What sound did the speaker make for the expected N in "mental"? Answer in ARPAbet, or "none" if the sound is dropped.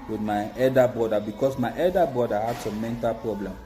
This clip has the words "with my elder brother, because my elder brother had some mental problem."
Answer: N